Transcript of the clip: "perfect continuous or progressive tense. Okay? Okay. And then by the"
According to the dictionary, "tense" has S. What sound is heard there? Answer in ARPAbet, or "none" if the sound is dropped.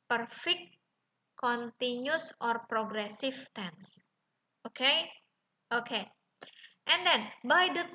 S